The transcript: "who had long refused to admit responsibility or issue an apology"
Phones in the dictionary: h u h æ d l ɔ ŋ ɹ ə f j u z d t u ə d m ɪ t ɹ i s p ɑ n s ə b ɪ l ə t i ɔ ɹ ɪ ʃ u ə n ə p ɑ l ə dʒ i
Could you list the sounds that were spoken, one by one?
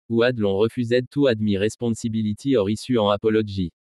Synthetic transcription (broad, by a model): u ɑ d l ɔ ɹ ə f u z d t u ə d m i ɹ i s p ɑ s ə b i l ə t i ɔ ɹ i s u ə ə p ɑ l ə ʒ i